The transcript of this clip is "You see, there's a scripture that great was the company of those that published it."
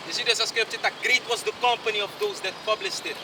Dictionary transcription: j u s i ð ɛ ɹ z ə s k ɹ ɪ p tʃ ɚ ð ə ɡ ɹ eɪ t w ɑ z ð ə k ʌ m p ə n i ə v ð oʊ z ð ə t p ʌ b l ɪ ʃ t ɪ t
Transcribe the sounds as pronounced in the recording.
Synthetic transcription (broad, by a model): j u s i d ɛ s ə s k ɹ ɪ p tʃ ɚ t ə ɡ ɹ eɪ t w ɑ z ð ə k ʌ m p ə n i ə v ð oʊ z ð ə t p ʌ b l ɪ ʃ t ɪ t